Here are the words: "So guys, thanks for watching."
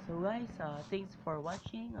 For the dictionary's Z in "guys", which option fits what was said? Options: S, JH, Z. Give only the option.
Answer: S